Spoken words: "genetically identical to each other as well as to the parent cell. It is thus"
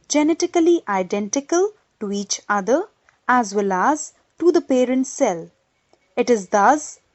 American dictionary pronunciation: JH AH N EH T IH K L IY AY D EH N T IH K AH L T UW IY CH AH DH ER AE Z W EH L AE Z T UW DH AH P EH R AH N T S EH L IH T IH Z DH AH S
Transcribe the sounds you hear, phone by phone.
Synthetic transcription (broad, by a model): JH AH N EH T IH K L IY AY D EH N T IH K AH L T UW IY CH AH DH ER AE Z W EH L AE Z T UW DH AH P EH R AH N T S EH L IH T IH Z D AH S